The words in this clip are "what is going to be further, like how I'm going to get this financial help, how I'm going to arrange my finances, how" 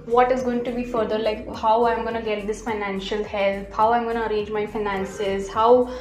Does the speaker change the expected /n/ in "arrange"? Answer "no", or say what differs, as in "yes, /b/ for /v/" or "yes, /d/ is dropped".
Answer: yes, /n/ is dropped